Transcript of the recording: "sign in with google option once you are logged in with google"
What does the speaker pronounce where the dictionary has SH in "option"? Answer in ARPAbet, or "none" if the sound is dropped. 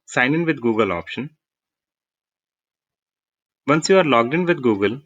SH